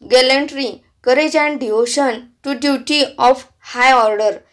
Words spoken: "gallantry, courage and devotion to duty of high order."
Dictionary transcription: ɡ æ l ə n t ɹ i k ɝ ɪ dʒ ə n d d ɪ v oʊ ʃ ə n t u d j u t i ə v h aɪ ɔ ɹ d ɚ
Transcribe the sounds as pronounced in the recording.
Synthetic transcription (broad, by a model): ɡ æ l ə n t ɹ i k ɝ ɪ dʒ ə n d d ɪ v oʊ ʃ ə n t u d j u t i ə f h aɪ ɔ ɹ d ɚ